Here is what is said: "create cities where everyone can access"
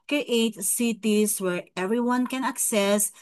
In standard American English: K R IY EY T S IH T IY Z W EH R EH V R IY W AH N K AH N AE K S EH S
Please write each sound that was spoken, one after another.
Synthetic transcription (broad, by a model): K R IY EY T S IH T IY S W EH R EH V R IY W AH N K AH N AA K S EH S